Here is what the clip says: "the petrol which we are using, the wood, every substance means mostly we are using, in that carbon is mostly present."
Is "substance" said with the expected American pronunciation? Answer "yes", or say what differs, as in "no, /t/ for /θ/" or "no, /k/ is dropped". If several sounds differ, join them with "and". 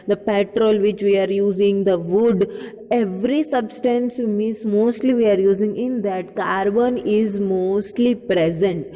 yes